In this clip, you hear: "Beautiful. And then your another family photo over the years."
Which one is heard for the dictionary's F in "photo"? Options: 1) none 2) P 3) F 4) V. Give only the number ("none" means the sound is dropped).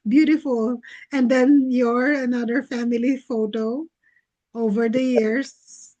3